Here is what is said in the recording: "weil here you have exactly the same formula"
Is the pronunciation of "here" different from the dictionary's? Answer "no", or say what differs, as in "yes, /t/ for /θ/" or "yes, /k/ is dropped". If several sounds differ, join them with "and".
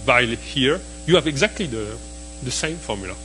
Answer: no